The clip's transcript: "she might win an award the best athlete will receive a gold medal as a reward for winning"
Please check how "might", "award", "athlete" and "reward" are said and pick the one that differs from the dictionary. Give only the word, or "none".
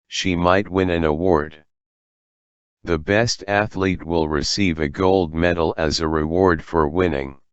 none